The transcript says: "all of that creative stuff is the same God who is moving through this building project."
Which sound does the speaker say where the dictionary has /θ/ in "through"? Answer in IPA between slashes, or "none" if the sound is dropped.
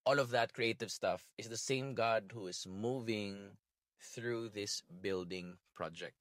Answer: /θ/